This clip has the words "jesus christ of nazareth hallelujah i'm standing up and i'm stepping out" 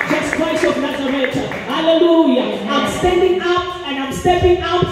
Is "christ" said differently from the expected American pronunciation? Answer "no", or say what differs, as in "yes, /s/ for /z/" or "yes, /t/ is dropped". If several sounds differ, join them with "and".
yes, /t/ is dropped